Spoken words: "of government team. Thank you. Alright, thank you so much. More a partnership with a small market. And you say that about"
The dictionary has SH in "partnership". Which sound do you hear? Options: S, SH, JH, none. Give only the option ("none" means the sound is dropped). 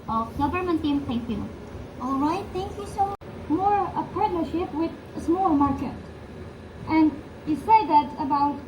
SH